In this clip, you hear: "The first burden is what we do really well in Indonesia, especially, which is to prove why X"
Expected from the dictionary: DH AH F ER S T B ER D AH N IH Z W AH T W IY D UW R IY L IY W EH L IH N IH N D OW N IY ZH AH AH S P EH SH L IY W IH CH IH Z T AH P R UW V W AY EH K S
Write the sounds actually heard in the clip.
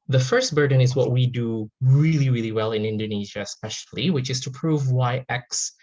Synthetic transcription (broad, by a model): DH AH F ER S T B ER D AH N IH Z W AH T W IY D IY R IY L IY W EH L IH N IH N D OW N IY ZH AH AH S P EH SH L IY W IH CH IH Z T AH P R UW V W AY EH K S